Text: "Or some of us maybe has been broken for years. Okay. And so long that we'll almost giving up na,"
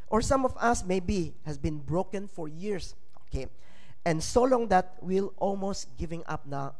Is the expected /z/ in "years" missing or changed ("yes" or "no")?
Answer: yes